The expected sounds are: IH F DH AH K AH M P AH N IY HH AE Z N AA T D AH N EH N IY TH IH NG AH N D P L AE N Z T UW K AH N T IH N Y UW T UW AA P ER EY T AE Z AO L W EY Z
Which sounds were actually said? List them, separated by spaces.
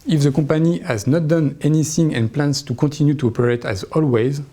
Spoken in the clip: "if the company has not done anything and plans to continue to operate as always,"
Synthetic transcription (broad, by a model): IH F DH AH K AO P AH N IY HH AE Z N AA T D AH N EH N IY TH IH NG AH N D P L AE N S T UW K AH T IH N Y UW T UW AA P ER EY T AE Z AO L W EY Z